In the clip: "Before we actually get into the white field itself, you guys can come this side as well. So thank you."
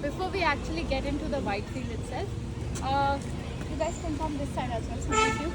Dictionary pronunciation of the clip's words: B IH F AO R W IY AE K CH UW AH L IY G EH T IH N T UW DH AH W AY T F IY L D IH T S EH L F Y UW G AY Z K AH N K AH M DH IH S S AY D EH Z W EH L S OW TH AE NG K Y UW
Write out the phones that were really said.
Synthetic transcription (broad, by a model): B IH F AO R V IY AE K CH UW AH L IY G EH T IH N T UW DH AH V AY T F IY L IH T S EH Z Y UW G AY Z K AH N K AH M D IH S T AY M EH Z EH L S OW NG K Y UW